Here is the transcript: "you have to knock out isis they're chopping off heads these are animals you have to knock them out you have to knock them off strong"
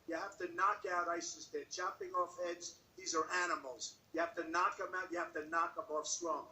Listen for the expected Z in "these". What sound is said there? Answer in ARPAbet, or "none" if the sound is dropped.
Z